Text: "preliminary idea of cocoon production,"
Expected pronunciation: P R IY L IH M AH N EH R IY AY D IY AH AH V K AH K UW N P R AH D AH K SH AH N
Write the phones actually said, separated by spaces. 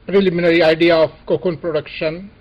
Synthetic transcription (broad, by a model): P R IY L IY M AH N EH R IY AY D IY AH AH P K AH K UW N P R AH D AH K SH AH N